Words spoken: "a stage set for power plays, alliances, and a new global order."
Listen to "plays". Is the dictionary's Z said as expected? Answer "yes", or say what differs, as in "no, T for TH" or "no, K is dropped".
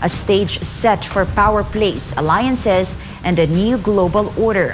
no, S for Z